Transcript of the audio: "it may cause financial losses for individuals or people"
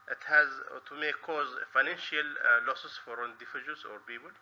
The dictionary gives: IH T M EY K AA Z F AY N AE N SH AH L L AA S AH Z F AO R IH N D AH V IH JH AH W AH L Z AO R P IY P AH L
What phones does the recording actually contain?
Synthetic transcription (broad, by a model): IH T M EY K AA Z F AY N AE N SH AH L L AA S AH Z F AO R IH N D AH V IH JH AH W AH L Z AO R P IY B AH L